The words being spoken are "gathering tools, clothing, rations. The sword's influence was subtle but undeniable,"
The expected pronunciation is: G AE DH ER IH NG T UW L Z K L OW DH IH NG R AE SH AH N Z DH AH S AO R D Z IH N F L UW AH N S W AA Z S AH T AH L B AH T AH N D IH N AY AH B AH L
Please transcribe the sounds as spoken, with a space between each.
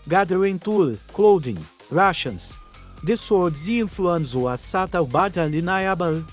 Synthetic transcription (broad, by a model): G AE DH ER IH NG T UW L K L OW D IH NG R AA SH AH N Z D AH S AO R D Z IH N F L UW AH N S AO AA S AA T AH W B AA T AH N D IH N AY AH B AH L